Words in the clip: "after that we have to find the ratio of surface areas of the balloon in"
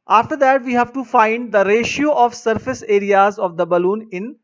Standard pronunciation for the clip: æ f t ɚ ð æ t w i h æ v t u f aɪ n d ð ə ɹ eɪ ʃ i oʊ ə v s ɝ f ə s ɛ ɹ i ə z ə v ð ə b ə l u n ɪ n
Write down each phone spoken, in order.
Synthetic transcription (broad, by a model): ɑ f t ɚ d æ t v i h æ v t u f aɪ n d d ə ɹ eɪ ʃ i oʊ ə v s ɝ f ə s ɛ ɹ i ə z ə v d ə b ə l u n ɪ n